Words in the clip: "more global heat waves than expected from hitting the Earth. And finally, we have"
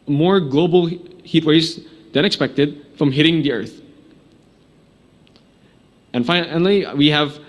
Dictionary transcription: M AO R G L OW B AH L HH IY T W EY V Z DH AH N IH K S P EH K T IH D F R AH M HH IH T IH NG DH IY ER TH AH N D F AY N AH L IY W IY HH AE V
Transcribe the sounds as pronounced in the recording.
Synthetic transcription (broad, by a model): M AO R G L OW B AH L HH IY T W EY Z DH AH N IH K S P EH K T IH D F R AH M HH IH T IH NG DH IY ER TH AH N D F AY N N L IY W IY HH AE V